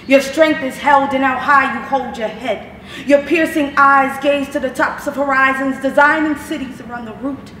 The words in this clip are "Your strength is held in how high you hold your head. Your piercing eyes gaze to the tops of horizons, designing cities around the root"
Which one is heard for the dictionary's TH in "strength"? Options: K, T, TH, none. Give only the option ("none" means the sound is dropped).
TH